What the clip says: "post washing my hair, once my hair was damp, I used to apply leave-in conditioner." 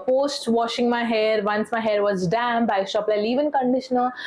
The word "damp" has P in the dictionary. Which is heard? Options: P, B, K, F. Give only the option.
B